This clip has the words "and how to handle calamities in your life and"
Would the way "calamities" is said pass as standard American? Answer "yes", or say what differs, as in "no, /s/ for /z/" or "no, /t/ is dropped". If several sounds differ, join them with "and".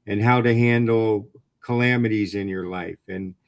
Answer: yes